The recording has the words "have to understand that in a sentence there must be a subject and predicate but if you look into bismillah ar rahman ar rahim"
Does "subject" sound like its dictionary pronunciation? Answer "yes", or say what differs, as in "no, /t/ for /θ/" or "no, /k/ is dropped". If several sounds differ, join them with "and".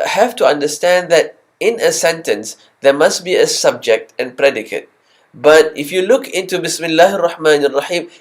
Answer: yes